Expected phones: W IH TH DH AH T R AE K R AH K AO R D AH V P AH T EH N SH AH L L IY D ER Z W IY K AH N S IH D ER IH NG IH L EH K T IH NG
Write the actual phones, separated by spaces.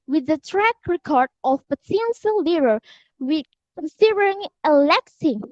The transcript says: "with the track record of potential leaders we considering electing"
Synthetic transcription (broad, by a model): W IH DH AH T R AE K R AH K AO R D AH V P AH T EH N S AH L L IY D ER W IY K AH N S IH D ER IH NG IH L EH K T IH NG